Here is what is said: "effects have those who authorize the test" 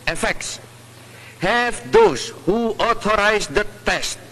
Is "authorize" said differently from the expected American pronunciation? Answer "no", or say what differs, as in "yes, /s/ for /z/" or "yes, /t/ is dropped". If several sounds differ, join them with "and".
yes, /t/ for /θ/